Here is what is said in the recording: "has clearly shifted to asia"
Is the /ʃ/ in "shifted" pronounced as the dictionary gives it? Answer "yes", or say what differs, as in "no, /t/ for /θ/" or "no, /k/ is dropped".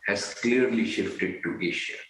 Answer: yes